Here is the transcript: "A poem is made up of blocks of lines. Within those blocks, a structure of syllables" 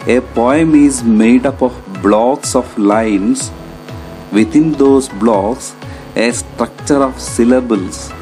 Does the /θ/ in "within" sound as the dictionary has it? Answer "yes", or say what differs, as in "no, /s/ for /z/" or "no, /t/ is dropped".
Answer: no, /t/ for /θ/